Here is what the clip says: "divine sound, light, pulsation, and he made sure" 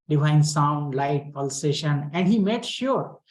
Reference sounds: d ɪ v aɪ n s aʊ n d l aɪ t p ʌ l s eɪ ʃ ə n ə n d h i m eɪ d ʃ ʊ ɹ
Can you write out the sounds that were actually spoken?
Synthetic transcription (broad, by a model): d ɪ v aɪ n s aʊ n d l aɪ t p ʌ l s eɪ ʃ ə n ə n d h i m eɪ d ʃ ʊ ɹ